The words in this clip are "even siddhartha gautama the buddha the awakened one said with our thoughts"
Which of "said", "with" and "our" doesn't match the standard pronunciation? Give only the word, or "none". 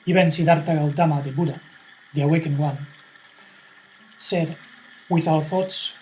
our